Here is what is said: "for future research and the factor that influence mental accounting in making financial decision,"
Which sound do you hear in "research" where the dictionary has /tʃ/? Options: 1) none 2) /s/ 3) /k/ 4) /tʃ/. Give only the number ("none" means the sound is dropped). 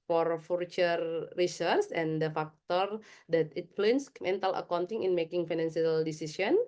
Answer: 2